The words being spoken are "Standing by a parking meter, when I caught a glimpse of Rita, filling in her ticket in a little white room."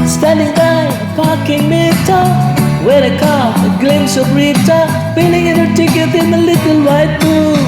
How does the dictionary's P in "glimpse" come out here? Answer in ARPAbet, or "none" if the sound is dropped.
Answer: none